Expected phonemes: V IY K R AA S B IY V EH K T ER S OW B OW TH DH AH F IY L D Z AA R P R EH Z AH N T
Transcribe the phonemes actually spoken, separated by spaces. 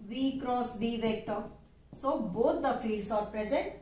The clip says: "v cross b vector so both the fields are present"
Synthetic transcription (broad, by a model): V IY K R AA S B IY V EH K T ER S OW B OW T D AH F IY D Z AA R P R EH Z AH N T